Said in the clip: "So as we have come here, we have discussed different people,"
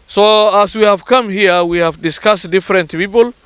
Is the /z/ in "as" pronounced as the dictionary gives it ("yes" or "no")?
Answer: no